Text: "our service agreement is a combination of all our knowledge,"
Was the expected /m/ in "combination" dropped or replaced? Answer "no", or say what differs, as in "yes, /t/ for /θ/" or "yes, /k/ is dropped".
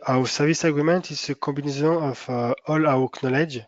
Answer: yes, /m/ is dropped